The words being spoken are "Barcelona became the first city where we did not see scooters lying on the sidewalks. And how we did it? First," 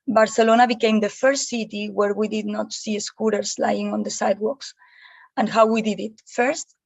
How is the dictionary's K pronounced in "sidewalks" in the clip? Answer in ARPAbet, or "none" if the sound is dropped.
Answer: K